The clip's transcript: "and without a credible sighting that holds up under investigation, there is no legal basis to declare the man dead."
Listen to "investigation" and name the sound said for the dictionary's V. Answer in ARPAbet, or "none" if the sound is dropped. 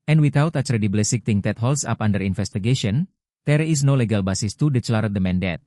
F